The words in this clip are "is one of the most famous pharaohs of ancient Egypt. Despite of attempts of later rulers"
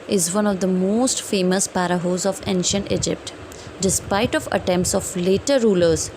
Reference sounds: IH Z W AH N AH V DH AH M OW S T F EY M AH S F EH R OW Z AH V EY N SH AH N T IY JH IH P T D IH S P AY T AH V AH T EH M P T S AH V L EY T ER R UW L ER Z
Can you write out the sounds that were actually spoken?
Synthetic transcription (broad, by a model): IH Z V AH N AH V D AH M OW S T F EY M AH S P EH R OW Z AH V EY N SH AH N T IY JH IH P T D IH S P AY T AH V AH T EH M P T S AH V L EY T ER R UW L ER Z